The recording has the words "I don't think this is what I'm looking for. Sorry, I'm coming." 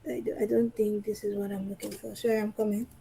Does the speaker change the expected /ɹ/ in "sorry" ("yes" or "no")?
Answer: yes